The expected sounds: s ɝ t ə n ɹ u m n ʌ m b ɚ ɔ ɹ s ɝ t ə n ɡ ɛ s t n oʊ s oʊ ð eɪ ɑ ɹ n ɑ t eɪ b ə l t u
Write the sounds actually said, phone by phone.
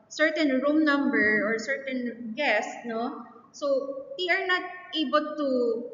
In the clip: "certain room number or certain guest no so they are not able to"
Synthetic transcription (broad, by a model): s ɝ t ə n ɹ u m n ʌ m b ɚ ɔ ɹ s ɝ t ə n ɡ ɛ s t n oʊ s oʊ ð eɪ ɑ ɹ n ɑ t eɪ b ə l t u